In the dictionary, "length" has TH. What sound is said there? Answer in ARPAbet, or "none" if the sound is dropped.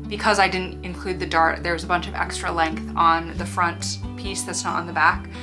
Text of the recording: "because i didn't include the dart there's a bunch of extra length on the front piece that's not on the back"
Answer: TH